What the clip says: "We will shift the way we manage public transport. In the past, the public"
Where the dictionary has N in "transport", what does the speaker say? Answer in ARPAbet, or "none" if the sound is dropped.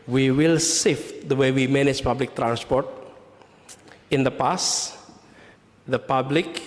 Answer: N